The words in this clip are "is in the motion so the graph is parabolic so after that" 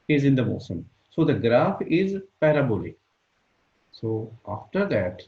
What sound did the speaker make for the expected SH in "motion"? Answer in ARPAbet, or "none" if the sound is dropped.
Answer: S